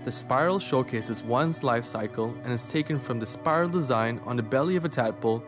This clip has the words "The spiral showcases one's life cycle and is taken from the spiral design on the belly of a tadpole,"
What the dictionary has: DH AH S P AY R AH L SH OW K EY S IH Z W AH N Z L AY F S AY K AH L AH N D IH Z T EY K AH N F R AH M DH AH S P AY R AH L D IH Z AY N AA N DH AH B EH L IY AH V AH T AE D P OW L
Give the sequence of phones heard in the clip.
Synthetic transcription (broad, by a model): DH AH S P AY R L SH OW K EY S IH Z W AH N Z L AY F S AY K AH L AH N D IH Z T EY K AH N F R AH M DH AH S P AY R L D IH Z AY N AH N DH AH B EH L IY AH V AH T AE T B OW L